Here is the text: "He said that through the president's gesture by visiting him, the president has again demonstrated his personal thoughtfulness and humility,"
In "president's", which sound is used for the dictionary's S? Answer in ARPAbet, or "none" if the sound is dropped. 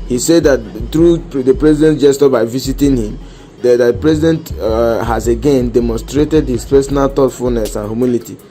none